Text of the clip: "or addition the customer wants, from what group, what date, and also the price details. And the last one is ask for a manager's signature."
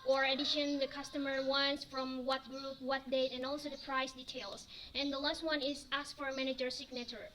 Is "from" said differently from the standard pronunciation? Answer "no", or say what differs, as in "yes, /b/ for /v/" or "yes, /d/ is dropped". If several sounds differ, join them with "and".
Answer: no